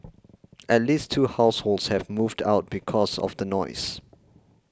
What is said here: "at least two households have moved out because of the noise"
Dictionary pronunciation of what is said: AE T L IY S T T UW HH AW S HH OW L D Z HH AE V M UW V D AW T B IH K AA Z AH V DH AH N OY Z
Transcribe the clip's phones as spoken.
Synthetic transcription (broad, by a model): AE T L IY S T T UW HH AW S HH OW L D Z HH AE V M UW V D AW T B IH K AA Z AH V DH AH N OY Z